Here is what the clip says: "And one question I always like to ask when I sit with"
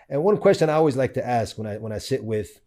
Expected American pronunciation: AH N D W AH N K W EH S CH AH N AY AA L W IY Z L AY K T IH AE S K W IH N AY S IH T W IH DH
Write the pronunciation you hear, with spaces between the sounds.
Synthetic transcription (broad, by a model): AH N W AH N K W EH S CH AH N AY AA L W IY Z L AY K T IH AE S K W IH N AY S IH T W IH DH